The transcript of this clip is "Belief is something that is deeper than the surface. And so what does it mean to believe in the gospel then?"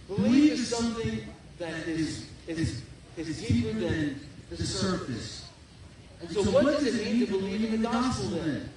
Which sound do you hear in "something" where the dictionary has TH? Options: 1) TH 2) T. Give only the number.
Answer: 1